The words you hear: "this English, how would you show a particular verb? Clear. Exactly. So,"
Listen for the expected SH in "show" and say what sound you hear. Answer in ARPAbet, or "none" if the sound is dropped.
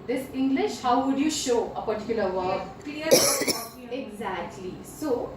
SH